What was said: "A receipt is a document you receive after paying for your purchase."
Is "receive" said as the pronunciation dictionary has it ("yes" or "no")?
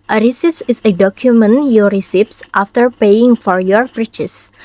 no